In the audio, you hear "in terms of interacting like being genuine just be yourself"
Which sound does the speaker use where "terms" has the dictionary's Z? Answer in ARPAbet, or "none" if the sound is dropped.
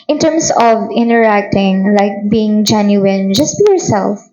S